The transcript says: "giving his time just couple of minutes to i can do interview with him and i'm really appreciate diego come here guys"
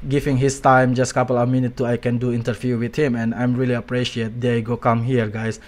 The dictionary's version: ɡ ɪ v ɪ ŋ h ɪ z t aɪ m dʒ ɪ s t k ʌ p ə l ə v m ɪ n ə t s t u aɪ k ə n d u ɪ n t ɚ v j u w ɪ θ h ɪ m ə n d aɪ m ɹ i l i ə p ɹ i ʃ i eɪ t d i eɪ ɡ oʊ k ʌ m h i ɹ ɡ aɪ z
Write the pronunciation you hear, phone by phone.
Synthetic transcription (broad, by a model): ɡ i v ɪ ŋ h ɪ s t aɪ m dʒ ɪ s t k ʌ p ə l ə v m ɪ n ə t t u aɪ k ə n d u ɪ n t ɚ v j u w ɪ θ h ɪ m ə n aɪ m ɹ i l i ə p ɹ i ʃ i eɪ t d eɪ ɡ oʊ k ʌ m h i ɹ ɡ aɪ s